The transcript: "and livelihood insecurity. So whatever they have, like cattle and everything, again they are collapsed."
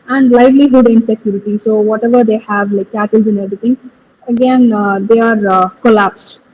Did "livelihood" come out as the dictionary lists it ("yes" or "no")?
yes